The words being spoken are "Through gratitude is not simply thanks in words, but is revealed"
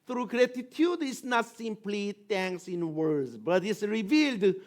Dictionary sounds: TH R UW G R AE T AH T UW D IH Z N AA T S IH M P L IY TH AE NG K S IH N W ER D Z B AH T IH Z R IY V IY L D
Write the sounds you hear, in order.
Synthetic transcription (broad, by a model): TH R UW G R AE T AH T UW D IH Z N AA T S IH M P L IY T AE NG K S IH N W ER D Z B AH T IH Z R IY V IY L D